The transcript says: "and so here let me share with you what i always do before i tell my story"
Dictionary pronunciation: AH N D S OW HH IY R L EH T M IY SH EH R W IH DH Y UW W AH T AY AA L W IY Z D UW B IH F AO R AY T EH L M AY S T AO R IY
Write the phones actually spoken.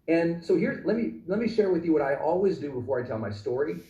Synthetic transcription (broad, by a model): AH N S OW HH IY R L EH T M IY SH EH R W IH DH Y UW W AH T AY AA L W IY Z D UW B IH F AO R AY T EH L M AY S T AO R IY